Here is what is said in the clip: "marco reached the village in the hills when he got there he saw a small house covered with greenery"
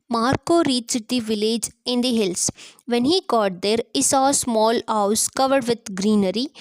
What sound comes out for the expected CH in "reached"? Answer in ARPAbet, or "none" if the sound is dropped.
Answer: S